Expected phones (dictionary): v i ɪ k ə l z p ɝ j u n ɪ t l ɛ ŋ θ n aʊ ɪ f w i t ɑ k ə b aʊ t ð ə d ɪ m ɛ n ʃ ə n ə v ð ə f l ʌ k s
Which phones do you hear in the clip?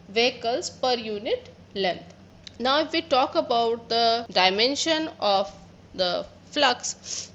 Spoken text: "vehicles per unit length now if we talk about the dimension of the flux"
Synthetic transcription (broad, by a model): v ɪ k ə l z p ɝ j u n ɪ t l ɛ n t n aʊ ɪ f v i t ɑ k ə b aʊ t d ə d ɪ m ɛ n ʃ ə n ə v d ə f l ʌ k s